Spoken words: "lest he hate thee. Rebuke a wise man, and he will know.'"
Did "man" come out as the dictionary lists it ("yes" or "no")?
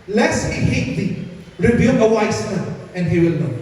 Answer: no